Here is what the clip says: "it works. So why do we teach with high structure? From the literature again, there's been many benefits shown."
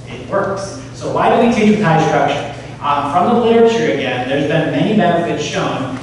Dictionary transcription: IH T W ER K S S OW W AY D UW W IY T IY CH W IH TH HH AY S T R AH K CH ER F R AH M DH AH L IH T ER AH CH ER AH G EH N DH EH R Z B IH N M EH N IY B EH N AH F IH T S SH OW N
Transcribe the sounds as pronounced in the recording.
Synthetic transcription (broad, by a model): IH T W ER K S S OW W AY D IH W IY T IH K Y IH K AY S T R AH K SH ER F R AH M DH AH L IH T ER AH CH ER AH G EH N DH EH R Z B IH N M EH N IY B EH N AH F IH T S SH OW N